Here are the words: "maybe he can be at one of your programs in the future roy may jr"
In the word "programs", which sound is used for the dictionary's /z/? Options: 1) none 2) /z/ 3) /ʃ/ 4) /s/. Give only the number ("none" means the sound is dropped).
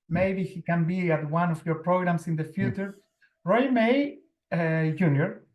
4